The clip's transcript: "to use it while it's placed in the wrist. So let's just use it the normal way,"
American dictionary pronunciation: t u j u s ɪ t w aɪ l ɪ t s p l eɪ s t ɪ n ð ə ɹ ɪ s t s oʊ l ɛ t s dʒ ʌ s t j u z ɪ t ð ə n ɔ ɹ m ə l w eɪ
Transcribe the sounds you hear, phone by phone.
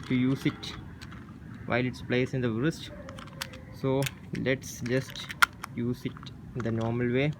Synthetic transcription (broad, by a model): t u j u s ɪ t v aɪ l ɪ t s p l eɪ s ɪ n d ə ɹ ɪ s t s oʊ l ɛ t s dʒ ʌ s t j u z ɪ t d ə n ɔ ɹ m ə l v eɪ